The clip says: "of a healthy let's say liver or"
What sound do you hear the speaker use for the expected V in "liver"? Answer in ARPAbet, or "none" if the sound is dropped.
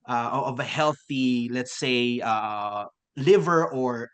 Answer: V